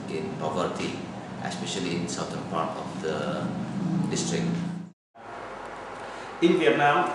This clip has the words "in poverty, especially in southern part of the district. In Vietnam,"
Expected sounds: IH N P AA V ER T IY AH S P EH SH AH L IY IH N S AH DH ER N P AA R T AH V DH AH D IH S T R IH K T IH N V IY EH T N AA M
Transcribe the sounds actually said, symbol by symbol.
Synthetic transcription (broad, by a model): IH N P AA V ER T IY AH S P EH SH AH L IY IH N S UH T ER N P AA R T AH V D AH D IH S T R IH K T IH N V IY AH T N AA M